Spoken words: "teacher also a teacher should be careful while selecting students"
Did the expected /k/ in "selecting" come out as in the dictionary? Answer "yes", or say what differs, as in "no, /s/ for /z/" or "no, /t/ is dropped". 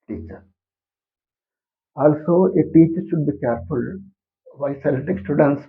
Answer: no, /k/ is dropped